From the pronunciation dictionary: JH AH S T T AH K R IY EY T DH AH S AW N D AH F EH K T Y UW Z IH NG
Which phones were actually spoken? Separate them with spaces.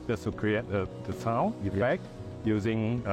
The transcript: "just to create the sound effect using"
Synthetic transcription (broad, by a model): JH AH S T S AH K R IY EY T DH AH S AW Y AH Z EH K Y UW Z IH NG